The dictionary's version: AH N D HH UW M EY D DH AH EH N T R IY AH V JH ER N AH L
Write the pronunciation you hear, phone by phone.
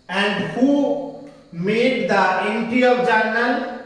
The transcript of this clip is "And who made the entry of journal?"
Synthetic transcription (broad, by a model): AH N D HH UW M EY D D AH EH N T IY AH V JH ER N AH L